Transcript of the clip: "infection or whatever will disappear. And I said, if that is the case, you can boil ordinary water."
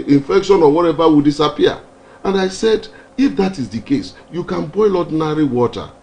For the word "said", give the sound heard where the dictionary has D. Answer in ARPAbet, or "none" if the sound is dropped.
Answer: D